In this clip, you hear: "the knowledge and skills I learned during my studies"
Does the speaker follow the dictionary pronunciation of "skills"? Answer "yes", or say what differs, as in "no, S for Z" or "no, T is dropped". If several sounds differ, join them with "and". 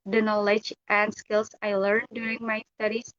no, S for Z